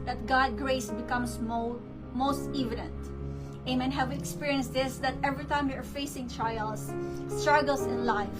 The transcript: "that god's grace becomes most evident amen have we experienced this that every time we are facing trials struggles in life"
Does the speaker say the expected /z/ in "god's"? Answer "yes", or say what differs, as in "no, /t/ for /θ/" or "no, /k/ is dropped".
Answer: no, /z/ is dropped